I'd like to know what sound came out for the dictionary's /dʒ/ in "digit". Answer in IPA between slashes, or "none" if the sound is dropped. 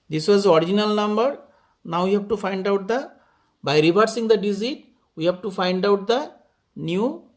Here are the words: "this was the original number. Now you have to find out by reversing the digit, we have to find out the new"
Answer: /z/